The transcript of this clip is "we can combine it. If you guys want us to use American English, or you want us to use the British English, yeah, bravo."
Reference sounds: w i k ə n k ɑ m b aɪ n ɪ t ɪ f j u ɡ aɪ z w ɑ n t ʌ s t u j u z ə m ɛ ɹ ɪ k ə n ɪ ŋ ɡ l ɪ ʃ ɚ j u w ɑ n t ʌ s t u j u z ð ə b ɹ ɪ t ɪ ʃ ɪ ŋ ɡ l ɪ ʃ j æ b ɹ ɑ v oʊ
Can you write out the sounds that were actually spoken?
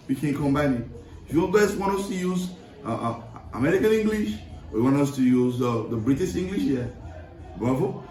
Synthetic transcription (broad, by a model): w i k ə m k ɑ m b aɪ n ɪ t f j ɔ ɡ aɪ s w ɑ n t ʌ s t u j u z ə m ɛ ɹ ɪ k ə n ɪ ŋ ɡ l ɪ ʃ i w ɑ n t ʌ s t u j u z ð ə b ɹ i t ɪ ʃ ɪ ŋ ɡ l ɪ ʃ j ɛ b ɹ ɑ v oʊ